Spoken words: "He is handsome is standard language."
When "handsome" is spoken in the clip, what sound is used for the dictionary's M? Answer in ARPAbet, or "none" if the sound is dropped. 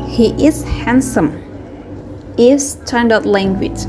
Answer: M